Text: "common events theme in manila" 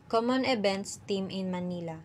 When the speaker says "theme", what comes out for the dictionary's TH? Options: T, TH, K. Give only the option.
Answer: T